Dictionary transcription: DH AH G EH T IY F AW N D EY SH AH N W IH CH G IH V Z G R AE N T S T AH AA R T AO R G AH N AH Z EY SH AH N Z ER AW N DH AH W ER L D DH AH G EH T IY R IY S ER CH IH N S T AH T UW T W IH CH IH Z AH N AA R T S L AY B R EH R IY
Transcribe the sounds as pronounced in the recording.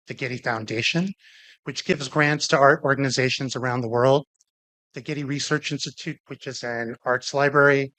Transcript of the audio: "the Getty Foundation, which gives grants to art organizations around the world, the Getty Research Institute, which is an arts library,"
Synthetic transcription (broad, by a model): DH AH G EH T IY F AW N D EY SH AH N W IH CH G IH V Z G R AE N T S T AH AA R T AO R G AH N AH Z EY SH AH N Z ER AW N DH AH W ER L D DH AH G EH T IY R IY S ER CH IH N S T AH T UW T W IH CH IH Z AH N AA R T S L AY B R EH R IY